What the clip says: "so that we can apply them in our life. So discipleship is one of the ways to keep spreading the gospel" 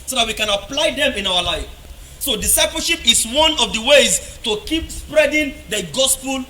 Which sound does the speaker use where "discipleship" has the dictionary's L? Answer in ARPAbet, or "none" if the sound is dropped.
none